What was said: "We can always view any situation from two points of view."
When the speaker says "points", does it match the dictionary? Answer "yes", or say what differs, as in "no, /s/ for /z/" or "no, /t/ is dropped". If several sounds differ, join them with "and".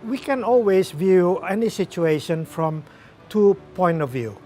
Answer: no, /s/ is dropped